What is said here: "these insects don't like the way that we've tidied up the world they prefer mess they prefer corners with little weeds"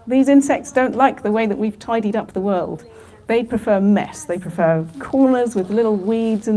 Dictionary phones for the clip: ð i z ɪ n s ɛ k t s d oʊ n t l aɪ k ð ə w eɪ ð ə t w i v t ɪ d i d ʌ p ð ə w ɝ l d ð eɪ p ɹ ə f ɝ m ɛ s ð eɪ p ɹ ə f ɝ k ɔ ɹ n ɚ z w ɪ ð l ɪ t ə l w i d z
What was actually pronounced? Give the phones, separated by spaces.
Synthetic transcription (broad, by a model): ð i z ɪ n s ɛ k t s d oʊ n t l aɪ k ð ə w eɪ ð ə t w i v t ɪ d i d ʌ p ð ə w ɝ l d ð eɪ p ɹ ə f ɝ m ɛ s ð eɪ p ɹ ə f ɝ k ɔ ɹ n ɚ z w ɪ ð l ɪ t l w i d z